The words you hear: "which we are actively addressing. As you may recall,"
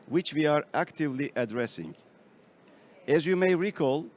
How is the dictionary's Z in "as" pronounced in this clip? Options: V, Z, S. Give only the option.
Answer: Z